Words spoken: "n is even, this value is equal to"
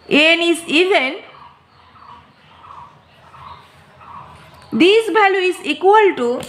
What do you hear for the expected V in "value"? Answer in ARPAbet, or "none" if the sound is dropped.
B